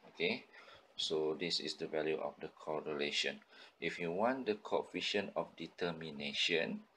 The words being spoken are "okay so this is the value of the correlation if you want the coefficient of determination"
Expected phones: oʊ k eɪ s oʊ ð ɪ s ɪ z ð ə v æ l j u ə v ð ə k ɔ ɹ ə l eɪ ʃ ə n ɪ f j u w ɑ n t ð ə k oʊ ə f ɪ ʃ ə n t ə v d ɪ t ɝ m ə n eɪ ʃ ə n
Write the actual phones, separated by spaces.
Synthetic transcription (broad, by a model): oʊ k eɪ s oʊ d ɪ s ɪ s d ə v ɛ l j u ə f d ə k ɔ ɹ ə l eɪ ʃ ə n ɪ f j u w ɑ n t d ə k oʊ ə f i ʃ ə n ə f d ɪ t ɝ m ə n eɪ ʃ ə n